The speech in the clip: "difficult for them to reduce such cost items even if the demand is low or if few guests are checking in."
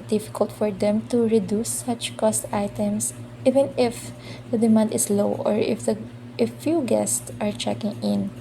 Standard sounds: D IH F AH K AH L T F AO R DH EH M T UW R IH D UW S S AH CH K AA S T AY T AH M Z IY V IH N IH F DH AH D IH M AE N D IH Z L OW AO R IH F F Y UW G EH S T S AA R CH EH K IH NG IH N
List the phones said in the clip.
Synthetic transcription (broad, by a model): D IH F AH K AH L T F AO R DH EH M T UW R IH D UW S S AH CH K AA S T AY T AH M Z IY V IH N IH F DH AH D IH M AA N D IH S L OW AO R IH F F Y UW G EH S T S AA R CH EH K IH NG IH N